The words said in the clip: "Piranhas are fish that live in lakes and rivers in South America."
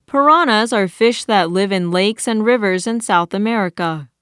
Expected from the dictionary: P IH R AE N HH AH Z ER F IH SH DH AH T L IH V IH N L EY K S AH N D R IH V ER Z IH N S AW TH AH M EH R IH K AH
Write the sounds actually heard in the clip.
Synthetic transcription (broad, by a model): P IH R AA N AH Z ER F IH SH DH AH T L IH V IH N L EY K S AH N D R IH V ER Z IH N S AW TH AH M EH R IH K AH